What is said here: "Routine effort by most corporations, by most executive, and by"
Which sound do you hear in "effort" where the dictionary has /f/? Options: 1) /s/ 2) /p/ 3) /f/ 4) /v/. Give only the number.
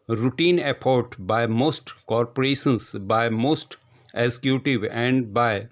2